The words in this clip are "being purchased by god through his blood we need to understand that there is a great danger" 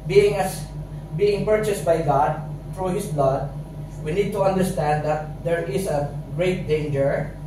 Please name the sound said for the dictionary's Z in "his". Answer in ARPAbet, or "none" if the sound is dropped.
S